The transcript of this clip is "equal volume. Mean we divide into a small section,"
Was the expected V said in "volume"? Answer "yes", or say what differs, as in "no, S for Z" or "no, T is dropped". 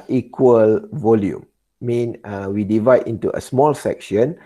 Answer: yes